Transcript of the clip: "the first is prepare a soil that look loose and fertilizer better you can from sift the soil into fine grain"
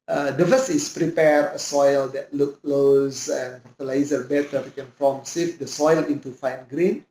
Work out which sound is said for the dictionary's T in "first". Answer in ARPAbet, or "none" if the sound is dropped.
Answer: none